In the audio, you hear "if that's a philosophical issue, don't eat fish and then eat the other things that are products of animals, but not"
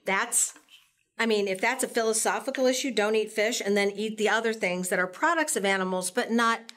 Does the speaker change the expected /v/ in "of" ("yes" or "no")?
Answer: no